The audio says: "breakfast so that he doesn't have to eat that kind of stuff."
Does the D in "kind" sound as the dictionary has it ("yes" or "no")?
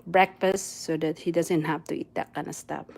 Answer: no